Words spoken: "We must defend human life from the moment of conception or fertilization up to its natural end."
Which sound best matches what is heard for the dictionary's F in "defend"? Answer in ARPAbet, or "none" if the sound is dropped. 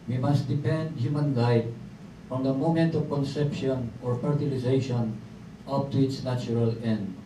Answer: P